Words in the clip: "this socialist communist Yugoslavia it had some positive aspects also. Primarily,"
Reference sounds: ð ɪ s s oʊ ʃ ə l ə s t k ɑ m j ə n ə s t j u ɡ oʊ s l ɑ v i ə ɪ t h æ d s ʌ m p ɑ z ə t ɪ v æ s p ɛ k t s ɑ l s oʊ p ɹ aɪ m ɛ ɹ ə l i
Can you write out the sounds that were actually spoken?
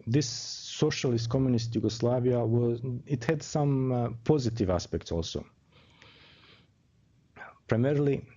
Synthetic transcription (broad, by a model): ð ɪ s s oʊ ʃ ə l ə s t k ɑ m j ə n ə s t j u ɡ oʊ s l ɑ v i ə ɪ t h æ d s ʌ m p ɑ z ə t ɪ v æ s p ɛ k t s ɑ l s oʊ p ɹ aɪ m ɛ ɹ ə l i